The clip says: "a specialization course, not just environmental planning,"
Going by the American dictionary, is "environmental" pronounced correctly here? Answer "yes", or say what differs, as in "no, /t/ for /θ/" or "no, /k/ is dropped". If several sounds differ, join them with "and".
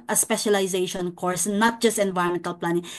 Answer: no, /ɹ/ is dropped